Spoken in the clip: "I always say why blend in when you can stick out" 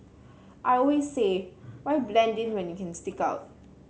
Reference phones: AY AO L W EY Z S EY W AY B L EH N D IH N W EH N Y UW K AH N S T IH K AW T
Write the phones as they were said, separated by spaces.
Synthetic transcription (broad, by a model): AY AO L W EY S EY W AY B L EH N D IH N W EH N Y UW K AH N S T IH K AW T